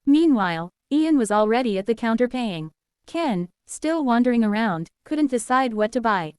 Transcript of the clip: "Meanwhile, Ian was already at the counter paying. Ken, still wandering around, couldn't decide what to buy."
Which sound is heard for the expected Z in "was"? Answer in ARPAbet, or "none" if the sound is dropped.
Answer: Z